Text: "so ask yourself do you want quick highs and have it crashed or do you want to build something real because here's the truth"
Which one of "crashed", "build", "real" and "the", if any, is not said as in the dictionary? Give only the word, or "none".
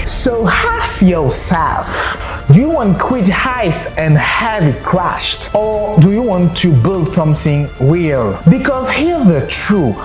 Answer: real